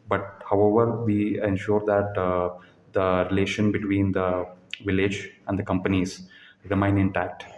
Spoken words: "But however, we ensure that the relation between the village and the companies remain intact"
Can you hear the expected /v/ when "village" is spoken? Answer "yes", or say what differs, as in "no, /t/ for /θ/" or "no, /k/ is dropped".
yes